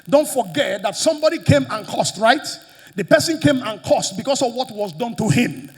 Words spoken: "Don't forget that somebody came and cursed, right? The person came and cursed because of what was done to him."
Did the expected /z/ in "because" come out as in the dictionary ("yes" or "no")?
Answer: no